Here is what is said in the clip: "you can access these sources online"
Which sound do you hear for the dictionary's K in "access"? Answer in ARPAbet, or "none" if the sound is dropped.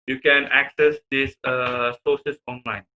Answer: K